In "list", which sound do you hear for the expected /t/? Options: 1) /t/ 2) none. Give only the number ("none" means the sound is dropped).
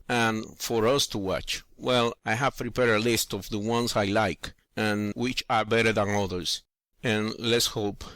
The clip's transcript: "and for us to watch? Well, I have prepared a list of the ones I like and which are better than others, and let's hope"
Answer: 1